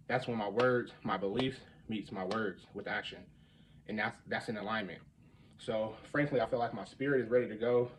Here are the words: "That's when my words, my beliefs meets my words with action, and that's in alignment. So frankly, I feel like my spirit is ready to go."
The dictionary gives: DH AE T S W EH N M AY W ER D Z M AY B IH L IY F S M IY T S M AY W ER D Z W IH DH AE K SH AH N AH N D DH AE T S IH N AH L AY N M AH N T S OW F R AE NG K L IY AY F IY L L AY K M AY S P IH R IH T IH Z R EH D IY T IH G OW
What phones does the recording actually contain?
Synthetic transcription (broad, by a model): DH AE T S W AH N M AY W ER D Z M AY B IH L IY F M IY T S M AY W ER D Z W IH DH AE K SH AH N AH N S DH AE T S IH N AH L AY N M AH N T S OW F R AE NG K L IY AY F IY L L AY K M AY S P IH R IH T IH Z R EH D IY T IH G OW